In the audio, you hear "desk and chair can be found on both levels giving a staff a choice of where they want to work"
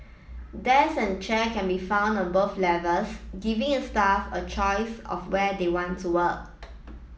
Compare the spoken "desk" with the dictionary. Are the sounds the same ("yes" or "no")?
no